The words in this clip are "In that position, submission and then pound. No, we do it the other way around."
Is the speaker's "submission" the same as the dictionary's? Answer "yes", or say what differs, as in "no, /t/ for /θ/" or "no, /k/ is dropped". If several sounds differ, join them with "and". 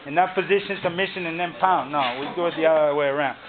no, /b/ is dropped